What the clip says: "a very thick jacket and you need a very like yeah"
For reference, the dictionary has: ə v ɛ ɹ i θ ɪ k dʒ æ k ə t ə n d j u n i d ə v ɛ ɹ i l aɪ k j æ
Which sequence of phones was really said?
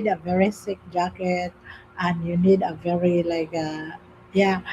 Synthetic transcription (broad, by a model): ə v ɛ ɹ i s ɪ k dʒ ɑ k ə t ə n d j u n i d ə v ɛ ɹ i l aɪ k j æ